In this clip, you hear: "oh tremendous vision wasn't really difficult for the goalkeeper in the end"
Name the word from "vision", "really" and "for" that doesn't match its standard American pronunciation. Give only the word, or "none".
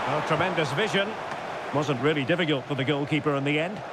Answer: none